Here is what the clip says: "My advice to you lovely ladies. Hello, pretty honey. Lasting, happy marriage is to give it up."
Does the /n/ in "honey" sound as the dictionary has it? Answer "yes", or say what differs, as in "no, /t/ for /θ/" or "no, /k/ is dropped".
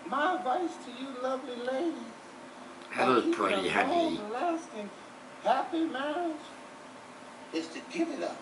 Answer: no, /n/ is dropped